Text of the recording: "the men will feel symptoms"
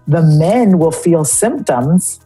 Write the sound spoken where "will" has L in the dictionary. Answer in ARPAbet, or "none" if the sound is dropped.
L